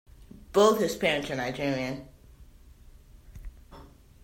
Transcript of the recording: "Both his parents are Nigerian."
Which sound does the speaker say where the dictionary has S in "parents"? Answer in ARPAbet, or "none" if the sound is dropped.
none